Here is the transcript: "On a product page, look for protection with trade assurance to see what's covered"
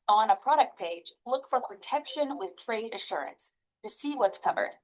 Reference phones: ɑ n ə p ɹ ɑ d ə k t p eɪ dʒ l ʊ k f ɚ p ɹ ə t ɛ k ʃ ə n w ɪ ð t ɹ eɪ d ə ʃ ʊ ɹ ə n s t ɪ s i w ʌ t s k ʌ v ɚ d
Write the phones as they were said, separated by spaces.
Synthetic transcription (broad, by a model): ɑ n ə p ɹ ɑ d ə k t p eɪ dʒ l ʊ k f ɚ p ɹ ə t ɛ k ʃ ə n w ɪ ð t ɹ eɪ d ə ʃ ʊ ɹ ə n s t ɪ s i w ʌ t s k ʌ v ɚ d